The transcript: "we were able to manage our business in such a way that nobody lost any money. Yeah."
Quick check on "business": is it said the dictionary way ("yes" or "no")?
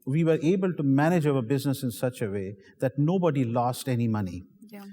yes